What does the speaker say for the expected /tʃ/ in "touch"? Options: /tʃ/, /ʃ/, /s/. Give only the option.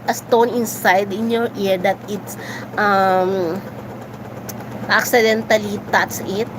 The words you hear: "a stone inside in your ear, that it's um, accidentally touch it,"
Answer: /s/